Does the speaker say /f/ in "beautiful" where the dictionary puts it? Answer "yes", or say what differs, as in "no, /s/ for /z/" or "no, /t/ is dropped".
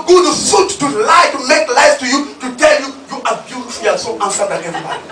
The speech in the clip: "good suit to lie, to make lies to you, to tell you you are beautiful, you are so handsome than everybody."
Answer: no, /f/ is dropped